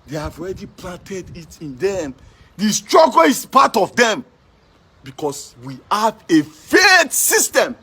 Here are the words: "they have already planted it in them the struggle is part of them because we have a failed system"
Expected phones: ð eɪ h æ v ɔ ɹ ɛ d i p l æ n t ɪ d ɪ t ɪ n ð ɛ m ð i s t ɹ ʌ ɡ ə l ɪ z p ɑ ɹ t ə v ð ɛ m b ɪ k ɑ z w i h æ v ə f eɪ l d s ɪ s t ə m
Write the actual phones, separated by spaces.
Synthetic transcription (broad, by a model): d eɪ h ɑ v ɔ ɹ ɛ d i p l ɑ n t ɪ d ɪ t ɪ n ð ɛ m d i s t ɹ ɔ ɡ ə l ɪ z p ɑ t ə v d ɛ m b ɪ k ɑ s w i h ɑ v ə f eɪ d s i s t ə m